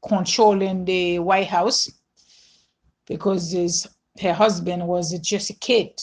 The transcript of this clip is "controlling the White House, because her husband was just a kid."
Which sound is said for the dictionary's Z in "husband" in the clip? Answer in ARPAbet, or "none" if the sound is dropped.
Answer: Z